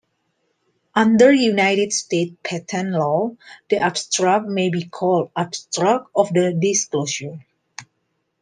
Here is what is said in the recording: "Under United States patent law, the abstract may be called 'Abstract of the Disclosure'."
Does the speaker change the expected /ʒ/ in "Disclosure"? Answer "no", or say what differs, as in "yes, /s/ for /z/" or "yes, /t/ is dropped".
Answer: yes, /ʃ/ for /ʒ/